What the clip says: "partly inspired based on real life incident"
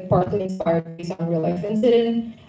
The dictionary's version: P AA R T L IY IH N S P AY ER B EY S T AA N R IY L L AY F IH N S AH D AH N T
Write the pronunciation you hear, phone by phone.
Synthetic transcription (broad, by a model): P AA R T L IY IH N S P AY ER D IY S AA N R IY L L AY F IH N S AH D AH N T